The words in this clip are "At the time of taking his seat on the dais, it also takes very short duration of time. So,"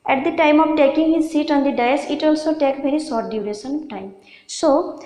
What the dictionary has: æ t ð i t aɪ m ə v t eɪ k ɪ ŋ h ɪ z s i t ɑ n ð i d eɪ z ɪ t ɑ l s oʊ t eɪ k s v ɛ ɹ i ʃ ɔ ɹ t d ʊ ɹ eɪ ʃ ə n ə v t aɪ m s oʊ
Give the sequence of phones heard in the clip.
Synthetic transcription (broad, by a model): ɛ t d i t aɪ m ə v t eɪ k ɪ ŋ h ɪ z s i t ɑ n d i d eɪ s ɪ t ɑ l s oʊ t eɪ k v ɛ ɹ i s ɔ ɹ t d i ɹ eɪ s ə n t aɪ m s oʊ